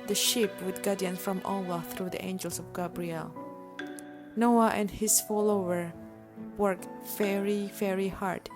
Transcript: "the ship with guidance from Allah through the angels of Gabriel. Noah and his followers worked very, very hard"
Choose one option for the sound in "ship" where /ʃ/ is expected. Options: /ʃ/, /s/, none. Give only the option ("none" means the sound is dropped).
/ʃ/